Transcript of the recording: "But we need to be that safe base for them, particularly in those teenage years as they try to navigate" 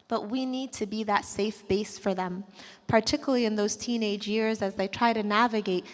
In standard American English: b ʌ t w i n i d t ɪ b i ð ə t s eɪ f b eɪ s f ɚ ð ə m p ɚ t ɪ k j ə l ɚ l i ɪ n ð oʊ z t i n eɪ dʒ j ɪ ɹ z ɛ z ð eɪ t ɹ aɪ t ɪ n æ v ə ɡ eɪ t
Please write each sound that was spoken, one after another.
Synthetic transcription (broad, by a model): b ʌ t w i n i d t ɪ b i ð ə t s eɪ f b eɪ s f ɚ ð ə m p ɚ t ɪ k j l l i ɪ n ð oʊ z t i n eɪ dʒ j ɪ ɹ z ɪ z ð eɪ t ɹ aɪ t ɪ n æ v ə ɡ eɪ t